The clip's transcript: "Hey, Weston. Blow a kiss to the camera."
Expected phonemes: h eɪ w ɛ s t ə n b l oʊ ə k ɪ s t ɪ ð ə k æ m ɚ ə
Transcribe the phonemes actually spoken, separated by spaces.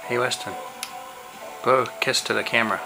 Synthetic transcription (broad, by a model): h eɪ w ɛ s t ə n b oʊ ə k ɪ s t ɪ ð ə k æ m ɚ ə